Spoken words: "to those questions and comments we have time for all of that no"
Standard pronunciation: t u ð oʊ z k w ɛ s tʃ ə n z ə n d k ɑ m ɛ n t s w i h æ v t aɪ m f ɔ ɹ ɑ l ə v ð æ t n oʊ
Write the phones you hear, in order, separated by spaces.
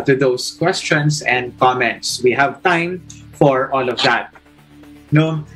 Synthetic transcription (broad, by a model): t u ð oʊ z k w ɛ s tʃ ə n s ə n d k ɑ m ɛ n t s w i h æ v t aɪ m f ɔ ɹ ɑ l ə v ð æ t n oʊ